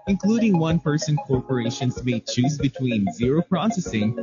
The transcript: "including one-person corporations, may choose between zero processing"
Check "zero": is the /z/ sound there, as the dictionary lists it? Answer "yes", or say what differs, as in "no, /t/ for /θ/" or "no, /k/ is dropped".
yes